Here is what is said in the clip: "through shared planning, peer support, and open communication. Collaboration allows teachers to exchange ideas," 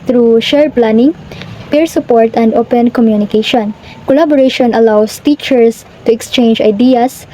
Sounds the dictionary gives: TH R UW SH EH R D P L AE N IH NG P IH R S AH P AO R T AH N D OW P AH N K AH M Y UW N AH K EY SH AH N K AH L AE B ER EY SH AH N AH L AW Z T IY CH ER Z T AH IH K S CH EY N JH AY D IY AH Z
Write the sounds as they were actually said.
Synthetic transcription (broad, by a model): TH R UW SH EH R P L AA N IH NG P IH R S AH P AO R T AH N D OW P AH N K AH M Y UW N AH K EY SH AH N K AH L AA B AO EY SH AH N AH L AW S T IY CH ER S T AH IH K S CH EY N JH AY D IY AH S